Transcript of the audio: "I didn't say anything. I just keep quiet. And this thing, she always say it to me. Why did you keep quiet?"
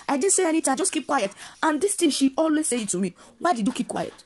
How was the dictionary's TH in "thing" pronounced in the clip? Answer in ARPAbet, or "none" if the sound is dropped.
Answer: T